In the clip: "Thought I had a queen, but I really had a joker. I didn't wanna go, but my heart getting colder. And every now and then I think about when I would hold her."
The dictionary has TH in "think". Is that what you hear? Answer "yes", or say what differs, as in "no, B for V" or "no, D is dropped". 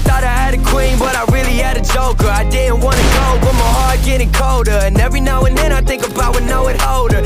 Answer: yes